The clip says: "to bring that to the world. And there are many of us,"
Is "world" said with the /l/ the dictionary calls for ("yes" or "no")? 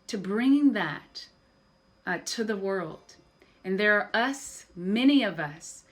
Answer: yes